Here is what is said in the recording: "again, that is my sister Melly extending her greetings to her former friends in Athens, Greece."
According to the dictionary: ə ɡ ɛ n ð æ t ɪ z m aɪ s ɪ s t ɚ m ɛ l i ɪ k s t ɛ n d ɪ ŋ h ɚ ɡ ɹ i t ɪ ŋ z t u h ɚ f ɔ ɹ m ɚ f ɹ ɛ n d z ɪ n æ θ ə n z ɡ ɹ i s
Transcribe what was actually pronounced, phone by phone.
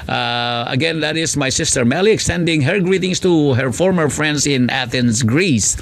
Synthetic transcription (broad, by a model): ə ɡ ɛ n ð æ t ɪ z m aɪ s ɪ s t ɚ m ɛ l i ɪ k s t ɛ n d ɪ ŋ h ɚ ɡ ɹ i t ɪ ŋ s t u h ɚ f ɔ ɹ m ɚ f ɹ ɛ n d s ɪ n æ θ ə n s ɡ ɹ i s